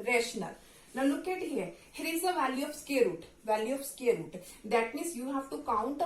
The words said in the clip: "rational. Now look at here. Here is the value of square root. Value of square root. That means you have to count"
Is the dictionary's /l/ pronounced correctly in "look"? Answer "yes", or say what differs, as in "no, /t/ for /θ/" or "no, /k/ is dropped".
no, /n/ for /l/